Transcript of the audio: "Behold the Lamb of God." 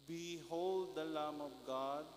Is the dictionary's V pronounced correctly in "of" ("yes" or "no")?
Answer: no